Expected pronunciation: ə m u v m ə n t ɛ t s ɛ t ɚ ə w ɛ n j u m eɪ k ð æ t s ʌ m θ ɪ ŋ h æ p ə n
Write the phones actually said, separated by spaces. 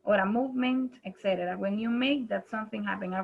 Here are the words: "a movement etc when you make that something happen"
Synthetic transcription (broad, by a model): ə m u v m ə n t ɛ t s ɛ t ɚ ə w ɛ n j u m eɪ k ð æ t s ʌ m θ ɪ ŋ h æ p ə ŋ